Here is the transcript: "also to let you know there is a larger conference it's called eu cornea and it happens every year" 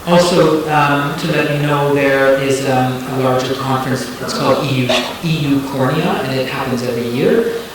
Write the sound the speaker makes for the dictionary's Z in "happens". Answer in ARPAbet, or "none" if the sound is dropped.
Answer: Z